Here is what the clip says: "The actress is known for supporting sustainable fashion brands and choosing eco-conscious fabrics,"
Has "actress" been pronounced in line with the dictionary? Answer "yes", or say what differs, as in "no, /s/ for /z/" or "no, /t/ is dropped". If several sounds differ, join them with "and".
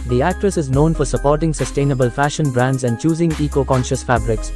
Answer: yes